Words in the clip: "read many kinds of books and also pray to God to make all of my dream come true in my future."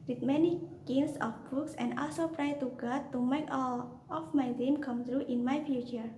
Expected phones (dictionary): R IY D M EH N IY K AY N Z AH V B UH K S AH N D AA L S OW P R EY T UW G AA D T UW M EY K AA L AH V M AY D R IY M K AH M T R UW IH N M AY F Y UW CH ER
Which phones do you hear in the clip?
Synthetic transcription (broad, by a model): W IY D M EH N IY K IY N S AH F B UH K S AH N D AA L S OW P R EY T UW G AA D T UW M EY K AA L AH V M AY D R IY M K AH M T R UW IH N M AY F Y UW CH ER